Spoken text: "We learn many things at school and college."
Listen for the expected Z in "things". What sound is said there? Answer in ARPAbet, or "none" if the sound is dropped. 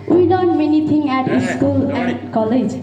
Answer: none